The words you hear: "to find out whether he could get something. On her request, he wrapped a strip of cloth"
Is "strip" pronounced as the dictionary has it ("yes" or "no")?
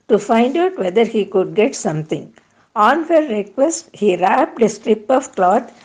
yes